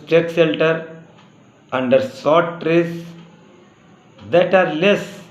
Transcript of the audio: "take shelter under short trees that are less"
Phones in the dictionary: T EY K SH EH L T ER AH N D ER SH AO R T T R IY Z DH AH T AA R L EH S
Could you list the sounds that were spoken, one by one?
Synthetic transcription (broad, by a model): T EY K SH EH L T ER AH N D ER S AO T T R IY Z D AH T AA R L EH S